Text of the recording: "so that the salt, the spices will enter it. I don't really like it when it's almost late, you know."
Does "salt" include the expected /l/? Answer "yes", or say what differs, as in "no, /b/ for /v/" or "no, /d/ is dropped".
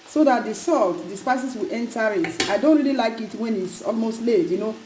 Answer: yes